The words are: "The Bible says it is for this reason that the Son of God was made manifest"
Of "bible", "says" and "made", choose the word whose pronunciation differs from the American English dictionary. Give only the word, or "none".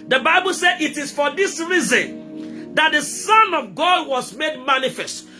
says